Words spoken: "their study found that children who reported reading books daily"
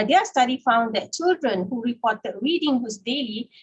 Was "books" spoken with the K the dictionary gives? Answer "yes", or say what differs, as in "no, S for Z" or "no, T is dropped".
no, K is dropped